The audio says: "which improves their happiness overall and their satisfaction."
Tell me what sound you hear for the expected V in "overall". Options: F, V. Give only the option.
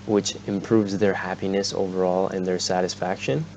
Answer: V